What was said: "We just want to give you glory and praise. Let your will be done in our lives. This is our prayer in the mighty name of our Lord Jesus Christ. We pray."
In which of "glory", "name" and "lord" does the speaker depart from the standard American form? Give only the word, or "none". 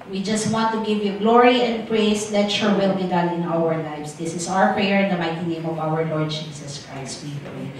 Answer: none